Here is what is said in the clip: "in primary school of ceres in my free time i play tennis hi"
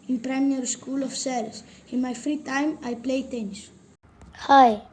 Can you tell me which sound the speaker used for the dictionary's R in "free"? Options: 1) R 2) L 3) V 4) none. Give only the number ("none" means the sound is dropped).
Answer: 1